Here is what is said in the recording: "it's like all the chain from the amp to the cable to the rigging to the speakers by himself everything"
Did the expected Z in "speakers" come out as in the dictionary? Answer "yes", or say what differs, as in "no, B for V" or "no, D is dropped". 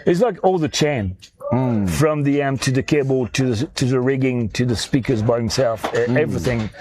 yes